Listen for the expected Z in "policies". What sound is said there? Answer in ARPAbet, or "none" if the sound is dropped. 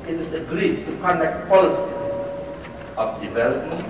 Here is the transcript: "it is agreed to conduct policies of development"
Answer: none